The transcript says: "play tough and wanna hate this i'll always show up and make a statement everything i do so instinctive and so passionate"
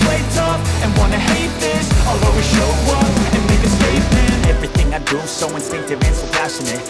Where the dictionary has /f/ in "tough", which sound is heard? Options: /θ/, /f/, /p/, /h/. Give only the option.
/p/